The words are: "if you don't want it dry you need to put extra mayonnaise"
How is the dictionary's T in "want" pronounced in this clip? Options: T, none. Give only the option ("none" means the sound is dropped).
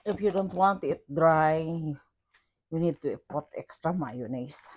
T